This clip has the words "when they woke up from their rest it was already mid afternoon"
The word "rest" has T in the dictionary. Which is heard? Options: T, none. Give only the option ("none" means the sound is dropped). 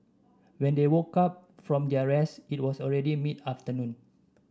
none